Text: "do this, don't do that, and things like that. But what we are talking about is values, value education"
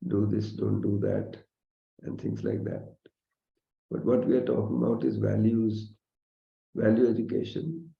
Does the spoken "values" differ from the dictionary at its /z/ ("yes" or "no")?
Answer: no